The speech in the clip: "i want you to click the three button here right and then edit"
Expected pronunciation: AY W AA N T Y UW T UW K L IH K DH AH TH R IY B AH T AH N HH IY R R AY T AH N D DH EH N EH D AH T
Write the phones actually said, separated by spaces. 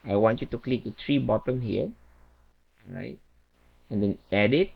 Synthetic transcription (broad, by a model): AY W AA N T Y UW T UW K L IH K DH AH T R IY B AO T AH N HH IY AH R AY T AH N D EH N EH D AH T